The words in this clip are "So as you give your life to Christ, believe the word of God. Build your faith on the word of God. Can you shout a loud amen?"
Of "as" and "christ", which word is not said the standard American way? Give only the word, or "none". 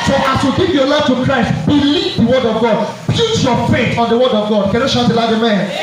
as